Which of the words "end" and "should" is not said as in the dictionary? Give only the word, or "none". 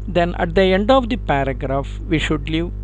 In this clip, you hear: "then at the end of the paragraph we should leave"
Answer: none